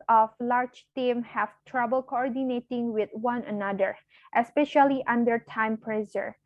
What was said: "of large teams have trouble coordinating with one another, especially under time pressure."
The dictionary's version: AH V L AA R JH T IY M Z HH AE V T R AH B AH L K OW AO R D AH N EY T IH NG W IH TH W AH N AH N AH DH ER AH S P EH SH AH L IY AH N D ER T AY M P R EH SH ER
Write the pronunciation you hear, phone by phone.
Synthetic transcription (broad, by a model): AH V L AA R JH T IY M HH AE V T R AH B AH L K OW AO R D AH N EY T IH NG W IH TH W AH N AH N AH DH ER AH S P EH SH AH L IY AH N D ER T AY M P R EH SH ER